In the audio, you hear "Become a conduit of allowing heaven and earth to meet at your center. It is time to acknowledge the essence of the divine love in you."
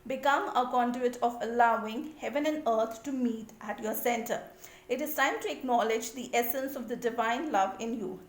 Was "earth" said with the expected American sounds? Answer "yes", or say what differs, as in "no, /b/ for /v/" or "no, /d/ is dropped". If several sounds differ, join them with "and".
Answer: no, /t/ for /θ/